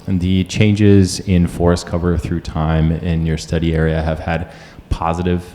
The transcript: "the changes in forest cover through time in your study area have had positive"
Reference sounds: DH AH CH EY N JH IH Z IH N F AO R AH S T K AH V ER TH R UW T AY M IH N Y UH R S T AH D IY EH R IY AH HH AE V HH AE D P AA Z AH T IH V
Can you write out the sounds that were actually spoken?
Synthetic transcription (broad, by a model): DH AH CH EY N JH IH Z IH N F AO R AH S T K AH V ER TH R UW T AY M IH N Y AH R S T AH D IY EH R IY AH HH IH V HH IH D P AA Z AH T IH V